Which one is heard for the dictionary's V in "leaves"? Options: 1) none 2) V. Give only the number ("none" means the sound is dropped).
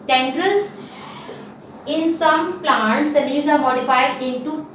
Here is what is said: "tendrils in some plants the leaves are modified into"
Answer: 1